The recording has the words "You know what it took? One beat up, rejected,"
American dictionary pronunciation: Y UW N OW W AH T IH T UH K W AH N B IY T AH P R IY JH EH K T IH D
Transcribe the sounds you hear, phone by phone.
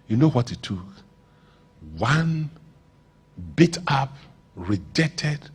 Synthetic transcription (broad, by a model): Y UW N OW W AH T IH T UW K W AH N B IY T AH P R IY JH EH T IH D